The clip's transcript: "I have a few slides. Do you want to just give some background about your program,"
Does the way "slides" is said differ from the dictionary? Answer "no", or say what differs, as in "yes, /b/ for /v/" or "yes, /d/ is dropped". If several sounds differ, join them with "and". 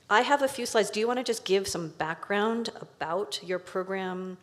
no